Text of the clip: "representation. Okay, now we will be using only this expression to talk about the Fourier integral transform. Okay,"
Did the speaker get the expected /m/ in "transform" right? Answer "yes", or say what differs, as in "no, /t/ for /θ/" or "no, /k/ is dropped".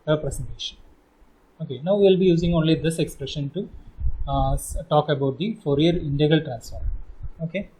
no, /m/ is dropped